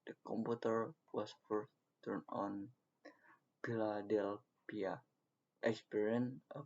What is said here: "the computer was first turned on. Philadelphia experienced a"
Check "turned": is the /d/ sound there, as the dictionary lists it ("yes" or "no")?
no